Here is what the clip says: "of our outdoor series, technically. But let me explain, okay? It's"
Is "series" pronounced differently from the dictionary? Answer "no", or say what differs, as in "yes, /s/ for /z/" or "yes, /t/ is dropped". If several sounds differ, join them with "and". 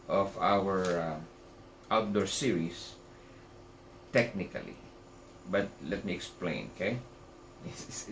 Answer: yes, /s/ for /z/